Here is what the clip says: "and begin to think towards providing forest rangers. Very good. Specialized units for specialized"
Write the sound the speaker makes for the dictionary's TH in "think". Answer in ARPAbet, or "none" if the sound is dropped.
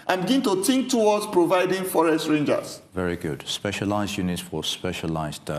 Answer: T